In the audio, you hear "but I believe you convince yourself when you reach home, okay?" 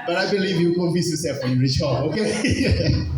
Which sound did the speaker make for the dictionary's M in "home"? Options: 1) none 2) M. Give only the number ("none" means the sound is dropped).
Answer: 1